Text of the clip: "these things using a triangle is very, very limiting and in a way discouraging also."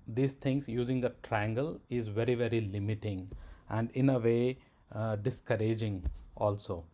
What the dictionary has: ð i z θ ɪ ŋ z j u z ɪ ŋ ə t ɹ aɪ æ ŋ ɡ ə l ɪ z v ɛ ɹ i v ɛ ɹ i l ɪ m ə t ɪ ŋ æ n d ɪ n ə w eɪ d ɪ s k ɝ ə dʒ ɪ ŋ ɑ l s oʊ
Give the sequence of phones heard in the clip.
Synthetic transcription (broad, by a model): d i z t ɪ ŋ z j u z ɪ ŋ ə t ɹ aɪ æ ŋ ɡ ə l ɪ z v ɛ ɹ i v ɛ ɹ i l ɪ m ə t ɪ ŋ æ n d ɪ n ə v eɪ d ɪ s k ɝ ə dʒ ɪ ŋ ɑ l s oʊ